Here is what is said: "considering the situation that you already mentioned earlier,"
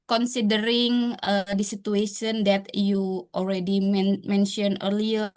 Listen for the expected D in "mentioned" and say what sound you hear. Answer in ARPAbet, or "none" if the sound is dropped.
none